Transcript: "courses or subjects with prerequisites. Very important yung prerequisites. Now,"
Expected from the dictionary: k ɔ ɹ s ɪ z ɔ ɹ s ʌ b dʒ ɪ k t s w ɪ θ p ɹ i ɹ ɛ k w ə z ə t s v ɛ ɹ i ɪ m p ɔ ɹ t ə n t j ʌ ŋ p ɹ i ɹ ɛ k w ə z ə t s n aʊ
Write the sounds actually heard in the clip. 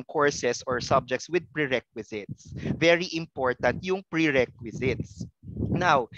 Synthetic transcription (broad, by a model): k ɔ ɹ s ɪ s ɔ ɹ s ʌ b dʒ ɪ k t s w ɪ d p ɹ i ɹ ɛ k w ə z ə t s v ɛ ɹ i ɪ m p ɔ ɹ t ə n t j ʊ ŋ p ɹ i ɹ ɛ k w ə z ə t s n aʊ